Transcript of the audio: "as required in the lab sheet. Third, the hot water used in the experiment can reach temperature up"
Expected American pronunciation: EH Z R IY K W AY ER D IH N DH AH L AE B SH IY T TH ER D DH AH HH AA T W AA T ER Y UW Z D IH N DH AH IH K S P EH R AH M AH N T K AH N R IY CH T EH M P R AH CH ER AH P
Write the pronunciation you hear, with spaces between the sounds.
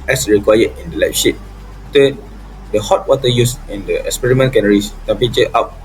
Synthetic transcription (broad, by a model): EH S R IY K W AY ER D IH N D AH L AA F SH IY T T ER D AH HH AA T W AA T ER Y UW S IH N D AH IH K S P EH R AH M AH N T K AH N R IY S T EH M P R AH CH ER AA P